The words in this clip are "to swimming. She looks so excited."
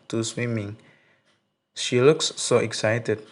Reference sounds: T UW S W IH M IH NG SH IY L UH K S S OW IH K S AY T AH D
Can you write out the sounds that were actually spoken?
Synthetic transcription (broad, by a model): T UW S W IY M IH NG SH IY L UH K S S OW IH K S AY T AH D